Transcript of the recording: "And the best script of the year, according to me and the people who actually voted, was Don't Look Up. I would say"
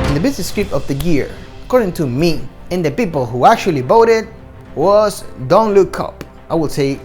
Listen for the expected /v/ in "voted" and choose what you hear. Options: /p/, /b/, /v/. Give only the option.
/b/